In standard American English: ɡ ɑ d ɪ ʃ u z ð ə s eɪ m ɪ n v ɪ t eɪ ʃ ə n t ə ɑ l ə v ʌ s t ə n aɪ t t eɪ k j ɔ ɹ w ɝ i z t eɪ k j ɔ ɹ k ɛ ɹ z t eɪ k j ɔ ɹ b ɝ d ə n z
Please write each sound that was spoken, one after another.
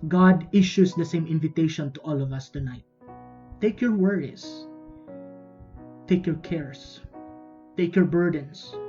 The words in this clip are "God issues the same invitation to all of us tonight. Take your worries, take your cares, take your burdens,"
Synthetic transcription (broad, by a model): ɡ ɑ d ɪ ʃ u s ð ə s eɪ m ɪ n v ɪ t eɪ ʃ ə n t ə ɑ l ə v ʌ s t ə n aɪ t t eɪ k j ɔ ɹ w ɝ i s t eɪ k j ɔ ɹ k ɛ ɹ s t eɪ k j ɔ ɹ b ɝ d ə n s